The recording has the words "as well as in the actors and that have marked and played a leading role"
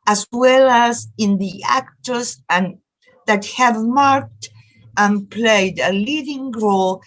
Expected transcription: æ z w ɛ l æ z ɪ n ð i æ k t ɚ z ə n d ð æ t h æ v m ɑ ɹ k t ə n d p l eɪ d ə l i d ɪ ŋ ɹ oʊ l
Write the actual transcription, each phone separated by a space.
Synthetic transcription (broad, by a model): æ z w ɛ l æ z ɪ n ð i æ k t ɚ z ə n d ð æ t h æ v m ɑ ɹ k t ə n p l eɪ d ə l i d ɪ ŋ ɹ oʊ l